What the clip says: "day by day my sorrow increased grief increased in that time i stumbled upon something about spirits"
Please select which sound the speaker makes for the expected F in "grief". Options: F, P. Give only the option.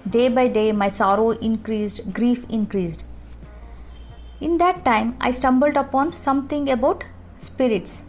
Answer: F